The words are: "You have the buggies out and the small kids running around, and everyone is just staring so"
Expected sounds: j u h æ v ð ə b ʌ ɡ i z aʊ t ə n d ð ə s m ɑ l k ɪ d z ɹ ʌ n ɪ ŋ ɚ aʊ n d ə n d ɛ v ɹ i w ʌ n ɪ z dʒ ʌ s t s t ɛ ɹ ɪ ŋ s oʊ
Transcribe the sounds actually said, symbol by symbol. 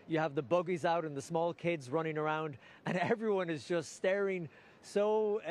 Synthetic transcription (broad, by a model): j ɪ v ð ə b ʌ ɡ i z aʊ t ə n ð ə s m ɑ l k ɪ d z ɹ ʌ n ɪ ŋ ɚ aʊ n d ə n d ɛ v ɹ i w ʌ n ɪ z dʒ ʌ s t s t ɛ ɹ ɪ ŋ s oʊ